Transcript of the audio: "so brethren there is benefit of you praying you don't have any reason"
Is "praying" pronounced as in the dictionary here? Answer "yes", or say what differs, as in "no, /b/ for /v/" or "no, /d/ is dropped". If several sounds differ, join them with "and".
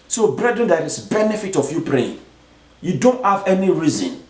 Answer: yes